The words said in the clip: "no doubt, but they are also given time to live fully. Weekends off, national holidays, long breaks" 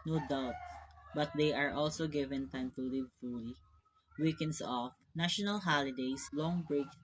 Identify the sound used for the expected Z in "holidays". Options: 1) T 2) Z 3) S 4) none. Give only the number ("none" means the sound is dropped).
3